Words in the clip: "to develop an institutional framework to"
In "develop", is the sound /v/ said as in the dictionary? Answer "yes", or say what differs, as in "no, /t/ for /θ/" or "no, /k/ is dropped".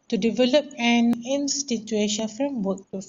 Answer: yes